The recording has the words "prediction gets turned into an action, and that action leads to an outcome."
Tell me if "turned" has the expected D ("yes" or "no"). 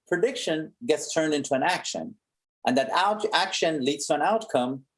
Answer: yes